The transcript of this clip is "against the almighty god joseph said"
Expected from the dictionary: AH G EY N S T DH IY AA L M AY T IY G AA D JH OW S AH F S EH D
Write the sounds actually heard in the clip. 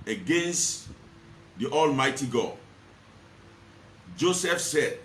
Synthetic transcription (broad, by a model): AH G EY N S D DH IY AA L M AY T IY G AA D JH OW S AH F S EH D